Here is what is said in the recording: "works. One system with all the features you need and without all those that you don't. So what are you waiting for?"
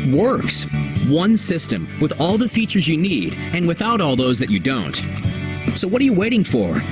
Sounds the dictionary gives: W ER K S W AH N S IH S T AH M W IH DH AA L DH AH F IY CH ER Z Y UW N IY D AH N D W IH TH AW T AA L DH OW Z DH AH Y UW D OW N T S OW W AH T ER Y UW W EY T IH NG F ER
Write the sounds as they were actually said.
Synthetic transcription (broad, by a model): W ER K S W AH N S IH S T AH M W IH DH AA L DH AH F IY CH ER Z Y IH N IY D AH N W IH TH AW T AA L DH OW Z DH AH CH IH D OW N T S OW W AH T ER Y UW W EY T IH NG F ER